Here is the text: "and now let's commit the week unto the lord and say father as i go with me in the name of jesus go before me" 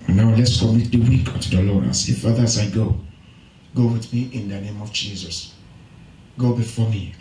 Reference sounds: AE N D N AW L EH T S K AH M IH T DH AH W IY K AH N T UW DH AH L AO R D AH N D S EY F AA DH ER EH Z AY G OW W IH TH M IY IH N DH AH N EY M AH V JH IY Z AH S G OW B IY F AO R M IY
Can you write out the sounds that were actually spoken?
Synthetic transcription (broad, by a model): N N AW L EH T S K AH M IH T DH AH W IY K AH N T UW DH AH L AO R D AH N S EY F AA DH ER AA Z AY G OW W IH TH M IY IH N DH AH N EY M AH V JH IY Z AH S G OW B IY F AO M IY